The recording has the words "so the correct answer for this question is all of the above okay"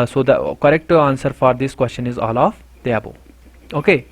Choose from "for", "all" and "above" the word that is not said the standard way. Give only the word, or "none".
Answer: above